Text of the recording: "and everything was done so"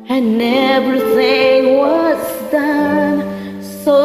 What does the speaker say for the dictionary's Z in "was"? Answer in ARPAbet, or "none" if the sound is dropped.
S